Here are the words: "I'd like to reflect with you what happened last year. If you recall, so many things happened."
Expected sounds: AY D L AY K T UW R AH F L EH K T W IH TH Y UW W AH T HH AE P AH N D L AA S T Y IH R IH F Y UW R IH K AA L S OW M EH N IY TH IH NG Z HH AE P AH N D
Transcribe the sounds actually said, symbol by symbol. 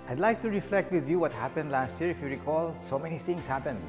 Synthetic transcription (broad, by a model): AY D L AY K T UW R AH F L EH K T W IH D Y UW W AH T HH AE P AH N D L AA S T Y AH R IH F Y UW R IH K AA L S OW M EH N IY T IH NG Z HH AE P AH N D